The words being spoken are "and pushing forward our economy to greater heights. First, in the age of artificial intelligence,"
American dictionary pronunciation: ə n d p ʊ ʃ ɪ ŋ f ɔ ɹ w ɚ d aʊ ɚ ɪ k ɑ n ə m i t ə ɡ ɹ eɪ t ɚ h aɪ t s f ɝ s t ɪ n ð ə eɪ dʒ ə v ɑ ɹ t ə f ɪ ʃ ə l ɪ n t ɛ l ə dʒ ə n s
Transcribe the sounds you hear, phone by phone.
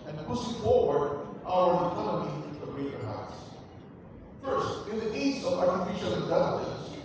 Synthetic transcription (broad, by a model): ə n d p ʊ s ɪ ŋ f ɔ ɹ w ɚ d aʊ ɚ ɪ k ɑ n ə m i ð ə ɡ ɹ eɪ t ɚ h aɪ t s f ɝ s t ɪ n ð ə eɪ z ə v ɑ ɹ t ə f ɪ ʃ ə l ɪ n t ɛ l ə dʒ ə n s